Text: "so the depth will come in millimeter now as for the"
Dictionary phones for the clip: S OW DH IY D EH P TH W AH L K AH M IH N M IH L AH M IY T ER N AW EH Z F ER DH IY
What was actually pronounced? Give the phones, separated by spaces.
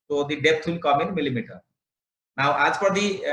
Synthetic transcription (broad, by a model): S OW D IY D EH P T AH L K AH M IH N M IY L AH M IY T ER N AW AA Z P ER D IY